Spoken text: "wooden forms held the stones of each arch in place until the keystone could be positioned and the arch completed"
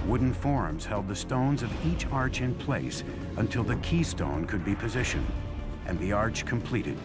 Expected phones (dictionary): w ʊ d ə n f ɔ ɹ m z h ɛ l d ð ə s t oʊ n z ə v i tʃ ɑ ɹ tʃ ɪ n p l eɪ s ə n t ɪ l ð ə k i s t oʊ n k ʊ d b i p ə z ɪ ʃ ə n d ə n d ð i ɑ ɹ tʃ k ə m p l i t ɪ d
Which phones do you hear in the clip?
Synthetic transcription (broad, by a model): w ʊ d n f ɔ ɹ m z h ɛ l d ð ə s t oʊ n z ə v i tʃ ɑ ɹ tʃ ɪ n p l eɪ s ə n t ɪ l ð ə k i s t oʊ n k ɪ d b i p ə z ɪ ʃ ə n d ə n ð i ɑ ɹ tʃ k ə m p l i t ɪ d